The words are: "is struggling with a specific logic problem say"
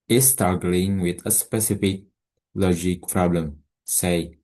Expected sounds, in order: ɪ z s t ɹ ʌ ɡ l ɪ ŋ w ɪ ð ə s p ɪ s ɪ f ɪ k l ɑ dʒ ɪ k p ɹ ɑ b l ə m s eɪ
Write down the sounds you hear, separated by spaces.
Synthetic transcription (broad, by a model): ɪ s t ʌ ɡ l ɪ ŋ w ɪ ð ə s p ɪ s ɪ f ɪ k l ɑ dʒ ɪ k p ɹ ɑ b l ə m s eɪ